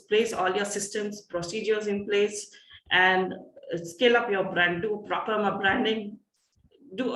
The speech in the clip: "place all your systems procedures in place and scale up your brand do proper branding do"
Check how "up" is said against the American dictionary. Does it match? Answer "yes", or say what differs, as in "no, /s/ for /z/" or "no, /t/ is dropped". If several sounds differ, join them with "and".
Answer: yes